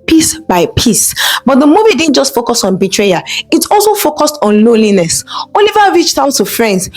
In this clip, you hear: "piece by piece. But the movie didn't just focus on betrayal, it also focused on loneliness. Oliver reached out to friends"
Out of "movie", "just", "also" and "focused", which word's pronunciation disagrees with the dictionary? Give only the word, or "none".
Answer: none